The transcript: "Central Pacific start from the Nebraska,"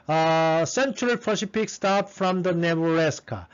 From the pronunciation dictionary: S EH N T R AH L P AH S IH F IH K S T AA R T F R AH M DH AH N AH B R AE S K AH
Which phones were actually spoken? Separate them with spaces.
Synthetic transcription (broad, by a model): S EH N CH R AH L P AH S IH P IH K S T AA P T F R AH M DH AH N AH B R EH S K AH